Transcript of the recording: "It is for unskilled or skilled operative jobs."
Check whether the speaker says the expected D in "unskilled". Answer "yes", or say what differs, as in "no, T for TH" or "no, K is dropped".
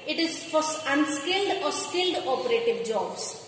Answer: yes